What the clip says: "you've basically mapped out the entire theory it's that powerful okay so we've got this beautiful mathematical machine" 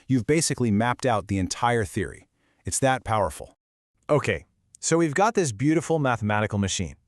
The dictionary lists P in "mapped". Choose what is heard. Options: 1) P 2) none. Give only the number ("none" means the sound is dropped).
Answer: 1